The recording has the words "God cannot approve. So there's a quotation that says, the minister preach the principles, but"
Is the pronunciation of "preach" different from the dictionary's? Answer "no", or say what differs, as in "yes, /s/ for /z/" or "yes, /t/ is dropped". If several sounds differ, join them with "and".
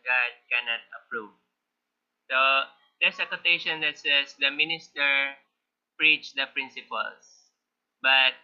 no